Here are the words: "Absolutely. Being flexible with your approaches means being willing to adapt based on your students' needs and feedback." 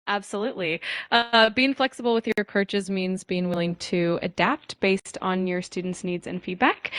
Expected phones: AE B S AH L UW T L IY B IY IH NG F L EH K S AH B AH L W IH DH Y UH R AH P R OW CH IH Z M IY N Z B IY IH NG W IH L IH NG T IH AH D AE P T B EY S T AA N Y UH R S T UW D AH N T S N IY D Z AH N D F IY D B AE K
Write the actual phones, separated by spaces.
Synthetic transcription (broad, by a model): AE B S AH L UW T L IY B IY IH NG F L EH K S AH B L W IH DH Y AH R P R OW CH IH Z M IY N Z B IY IH NG W IH L IH NG T IH AH D AE P T B EY S T N Y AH R S T UW D N T S N IY D Z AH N F IY D B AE K